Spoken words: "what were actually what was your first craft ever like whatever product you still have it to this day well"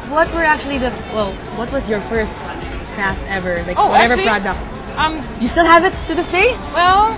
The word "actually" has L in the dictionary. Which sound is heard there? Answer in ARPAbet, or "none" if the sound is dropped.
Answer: W